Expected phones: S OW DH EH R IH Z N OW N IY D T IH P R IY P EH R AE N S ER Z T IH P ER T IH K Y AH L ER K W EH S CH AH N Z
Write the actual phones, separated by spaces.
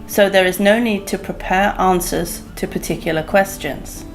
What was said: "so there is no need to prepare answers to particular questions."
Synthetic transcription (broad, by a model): S OW DH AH R IH Z N OW N IY D T IH P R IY P EH R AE N S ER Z T IH P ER T IH K Y L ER K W EH S CH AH N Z